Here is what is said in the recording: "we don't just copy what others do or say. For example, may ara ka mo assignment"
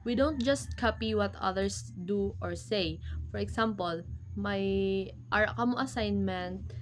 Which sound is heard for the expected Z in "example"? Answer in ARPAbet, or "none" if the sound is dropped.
S